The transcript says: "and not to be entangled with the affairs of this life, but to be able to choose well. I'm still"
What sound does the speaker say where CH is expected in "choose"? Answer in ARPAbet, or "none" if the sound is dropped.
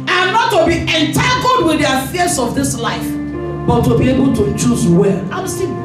CH